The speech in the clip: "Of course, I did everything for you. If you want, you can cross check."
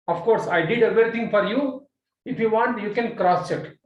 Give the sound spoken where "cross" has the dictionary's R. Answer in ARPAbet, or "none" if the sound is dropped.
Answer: R